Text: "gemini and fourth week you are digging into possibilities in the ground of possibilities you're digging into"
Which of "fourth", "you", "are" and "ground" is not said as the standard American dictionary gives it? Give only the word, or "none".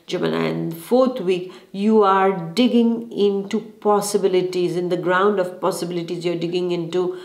fourth